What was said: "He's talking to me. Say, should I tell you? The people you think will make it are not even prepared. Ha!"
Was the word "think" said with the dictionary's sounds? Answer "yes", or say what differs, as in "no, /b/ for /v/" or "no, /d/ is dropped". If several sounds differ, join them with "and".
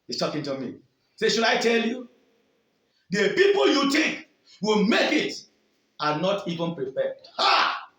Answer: no, /t/ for /θ/